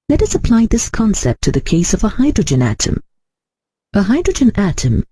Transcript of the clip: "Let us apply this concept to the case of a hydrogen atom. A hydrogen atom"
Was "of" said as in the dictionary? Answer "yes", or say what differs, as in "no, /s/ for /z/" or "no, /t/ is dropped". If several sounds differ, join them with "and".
yes